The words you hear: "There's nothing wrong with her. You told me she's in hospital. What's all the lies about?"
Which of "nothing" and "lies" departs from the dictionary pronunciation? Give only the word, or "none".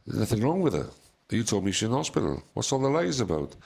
none